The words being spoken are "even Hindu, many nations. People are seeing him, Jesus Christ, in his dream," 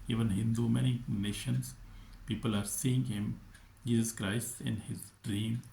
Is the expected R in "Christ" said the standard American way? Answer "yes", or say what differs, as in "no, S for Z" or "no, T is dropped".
yes